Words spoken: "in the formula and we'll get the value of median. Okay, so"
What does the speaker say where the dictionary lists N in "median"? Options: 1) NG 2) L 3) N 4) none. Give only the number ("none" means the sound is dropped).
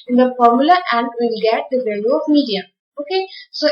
4